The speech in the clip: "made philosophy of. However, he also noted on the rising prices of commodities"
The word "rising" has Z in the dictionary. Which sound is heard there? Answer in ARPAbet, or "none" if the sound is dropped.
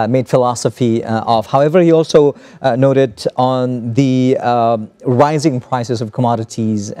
Z